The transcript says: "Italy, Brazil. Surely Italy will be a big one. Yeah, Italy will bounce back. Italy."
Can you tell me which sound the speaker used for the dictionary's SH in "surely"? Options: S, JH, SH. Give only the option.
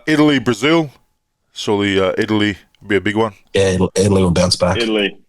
S